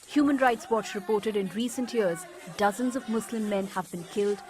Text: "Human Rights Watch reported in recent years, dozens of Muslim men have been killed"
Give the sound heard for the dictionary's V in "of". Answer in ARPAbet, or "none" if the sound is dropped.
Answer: V